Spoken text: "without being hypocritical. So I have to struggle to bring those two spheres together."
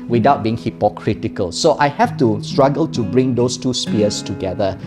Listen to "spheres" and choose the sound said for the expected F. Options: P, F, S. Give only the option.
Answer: P